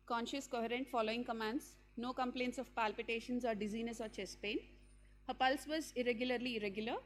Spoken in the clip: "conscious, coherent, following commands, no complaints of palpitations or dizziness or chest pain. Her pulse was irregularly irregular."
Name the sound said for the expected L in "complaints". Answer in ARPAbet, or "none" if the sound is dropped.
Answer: L